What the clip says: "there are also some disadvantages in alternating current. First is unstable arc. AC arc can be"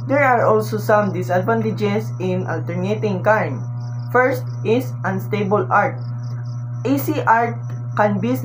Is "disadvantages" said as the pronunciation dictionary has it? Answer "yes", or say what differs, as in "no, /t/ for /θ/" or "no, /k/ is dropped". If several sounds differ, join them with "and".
no, /s/ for /z/